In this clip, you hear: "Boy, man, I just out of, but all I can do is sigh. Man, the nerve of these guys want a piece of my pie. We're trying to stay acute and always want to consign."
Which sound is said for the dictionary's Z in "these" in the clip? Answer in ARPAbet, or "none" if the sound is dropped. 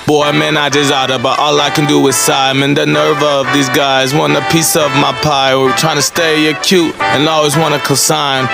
Z